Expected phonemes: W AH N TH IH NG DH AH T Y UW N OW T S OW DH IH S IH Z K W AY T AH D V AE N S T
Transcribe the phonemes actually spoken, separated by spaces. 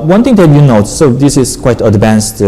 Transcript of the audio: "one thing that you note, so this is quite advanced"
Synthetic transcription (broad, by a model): W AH N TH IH NG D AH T Y UW N OW T S OW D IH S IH S K W AY T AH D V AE N S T